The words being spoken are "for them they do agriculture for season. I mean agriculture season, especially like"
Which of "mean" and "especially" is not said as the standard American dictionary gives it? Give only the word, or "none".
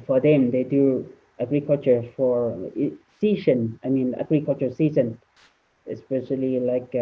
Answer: none